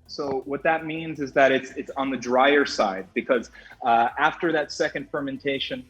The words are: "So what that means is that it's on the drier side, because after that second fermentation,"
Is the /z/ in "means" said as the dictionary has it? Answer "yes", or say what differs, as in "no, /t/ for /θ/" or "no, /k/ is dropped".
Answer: yes